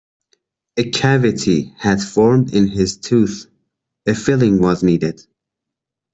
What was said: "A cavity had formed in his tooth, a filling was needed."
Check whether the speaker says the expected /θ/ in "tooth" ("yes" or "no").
yes